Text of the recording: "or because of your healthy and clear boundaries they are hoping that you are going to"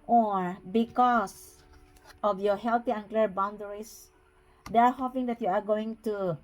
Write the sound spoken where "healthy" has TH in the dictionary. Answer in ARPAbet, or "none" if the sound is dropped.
T